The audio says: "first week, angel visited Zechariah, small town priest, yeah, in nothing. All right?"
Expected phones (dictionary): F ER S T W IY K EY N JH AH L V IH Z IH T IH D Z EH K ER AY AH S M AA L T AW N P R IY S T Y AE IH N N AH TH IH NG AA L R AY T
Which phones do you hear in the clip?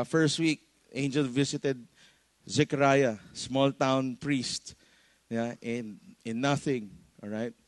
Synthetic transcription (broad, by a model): F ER S T W IY K EY N JH AH L V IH S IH T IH D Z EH K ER AY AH S M AA L T AW N P R IY S T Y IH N N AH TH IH NG AA L R AY T